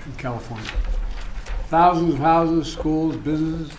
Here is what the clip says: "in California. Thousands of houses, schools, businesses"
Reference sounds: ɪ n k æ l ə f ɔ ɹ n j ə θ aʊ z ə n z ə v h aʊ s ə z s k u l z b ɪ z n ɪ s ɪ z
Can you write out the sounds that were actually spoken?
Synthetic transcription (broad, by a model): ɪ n k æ l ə f ɔ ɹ n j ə θ aʊ z ə n z ə v h aʊ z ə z s k u l z b ɪ z n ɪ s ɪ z